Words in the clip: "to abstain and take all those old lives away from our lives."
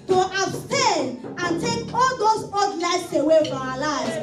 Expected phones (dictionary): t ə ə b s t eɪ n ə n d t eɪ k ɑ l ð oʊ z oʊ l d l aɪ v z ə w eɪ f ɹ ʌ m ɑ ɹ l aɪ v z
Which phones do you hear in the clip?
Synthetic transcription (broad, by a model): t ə ə b s t eɪ n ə n t eɪ k ɑ l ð oʊ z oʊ d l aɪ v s ə w eɪ f ɹ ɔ m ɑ l aɪ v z